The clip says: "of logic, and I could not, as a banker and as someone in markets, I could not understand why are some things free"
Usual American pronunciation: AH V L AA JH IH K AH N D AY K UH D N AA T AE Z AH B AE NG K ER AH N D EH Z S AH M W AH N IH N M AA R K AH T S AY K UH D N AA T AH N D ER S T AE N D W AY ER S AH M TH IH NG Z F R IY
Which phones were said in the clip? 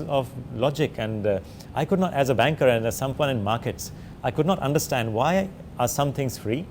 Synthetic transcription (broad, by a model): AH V L AA JH IH K AH N D AY K UH D N AA T AE Z AH B AE NG K ER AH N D S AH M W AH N IH N M AA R K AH T S AY K UH D N AA T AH N D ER S T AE N D W AY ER S AH M T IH NG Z F R IY